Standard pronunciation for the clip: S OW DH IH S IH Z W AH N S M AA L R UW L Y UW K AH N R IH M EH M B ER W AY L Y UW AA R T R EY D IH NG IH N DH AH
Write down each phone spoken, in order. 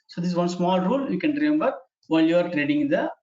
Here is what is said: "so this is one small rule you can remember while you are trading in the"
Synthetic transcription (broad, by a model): S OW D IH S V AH N S M AA L R UW L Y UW K AH N R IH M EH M B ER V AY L Y UW AA R T R EY D IH NG IH N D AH